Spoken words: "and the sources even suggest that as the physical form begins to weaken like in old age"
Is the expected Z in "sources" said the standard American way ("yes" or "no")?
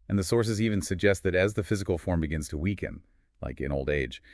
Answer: yes